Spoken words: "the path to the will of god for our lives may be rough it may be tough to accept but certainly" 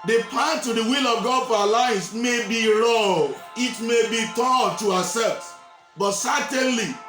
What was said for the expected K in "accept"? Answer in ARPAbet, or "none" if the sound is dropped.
none